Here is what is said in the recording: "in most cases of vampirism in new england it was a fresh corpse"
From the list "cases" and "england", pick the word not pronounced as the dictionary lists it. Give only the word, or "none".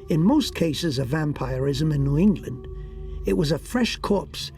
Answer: none